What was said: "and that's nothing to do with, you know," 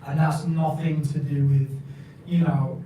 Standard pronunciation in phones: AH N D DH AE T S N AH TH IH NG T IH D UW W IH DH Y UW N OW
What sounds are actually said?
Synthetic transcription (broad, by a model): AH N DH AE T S N AH TH IH NG T IH D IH W IH DH Y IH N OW